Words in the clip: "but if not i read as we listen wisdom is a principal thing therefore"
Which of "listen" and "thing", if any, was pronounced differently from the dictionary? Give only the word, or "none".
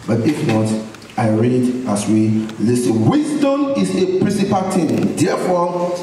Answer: thing